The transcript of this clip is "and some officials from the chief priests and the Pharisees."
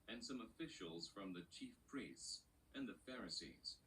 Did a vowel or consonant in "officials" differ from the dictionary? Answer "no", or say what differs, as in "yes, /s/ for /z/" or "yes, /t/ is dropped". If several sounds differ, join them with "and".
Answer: no